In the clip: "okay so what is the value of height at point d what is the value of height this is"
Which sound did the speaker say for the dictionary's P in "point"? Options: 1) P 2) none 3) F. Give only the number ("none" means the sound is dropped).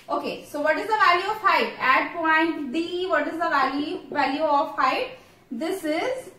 1